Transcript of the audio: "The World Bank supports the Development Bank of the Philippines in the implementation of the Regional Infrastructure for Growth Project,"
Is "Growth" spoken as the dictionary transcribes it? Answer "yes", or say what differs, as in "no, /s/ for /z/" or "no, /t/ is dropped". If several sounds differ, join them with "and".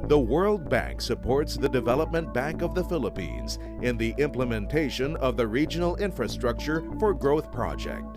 yes